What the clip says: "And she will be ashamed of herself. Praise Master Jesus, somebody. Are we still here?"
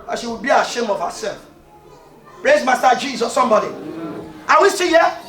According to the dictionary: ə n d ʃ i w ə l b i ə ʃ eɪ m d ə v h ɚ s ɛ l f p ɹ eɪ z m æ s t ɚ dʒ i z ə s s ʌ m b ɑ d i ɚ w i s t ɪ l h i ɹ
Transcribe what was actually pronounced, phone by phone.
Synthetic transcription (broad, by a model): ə ʃ i w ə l b i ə ʃ eɪ m ə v h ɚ s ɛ l f p ɹ eɪ z m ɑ s t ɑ dʒ i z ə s s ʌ m b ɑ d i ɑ w i s t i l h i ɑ